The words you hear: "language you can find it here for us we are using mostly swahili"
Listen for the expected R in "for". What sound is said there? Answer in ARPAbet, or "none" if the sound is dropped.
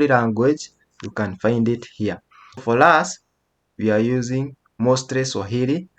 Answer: L